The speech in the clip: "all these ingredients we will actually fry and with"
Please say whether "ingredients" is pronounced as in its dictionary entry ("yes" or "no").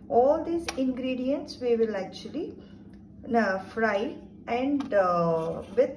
yes